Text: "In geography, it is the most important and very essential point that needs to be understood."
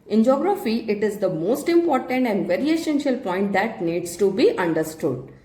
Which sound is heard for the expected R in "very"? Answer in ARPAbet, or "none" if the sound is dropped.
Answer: R